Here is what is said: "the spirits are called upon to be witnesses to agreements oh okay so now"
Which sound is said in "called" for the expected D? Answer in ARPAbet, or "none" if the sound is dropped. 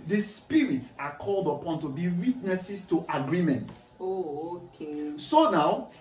D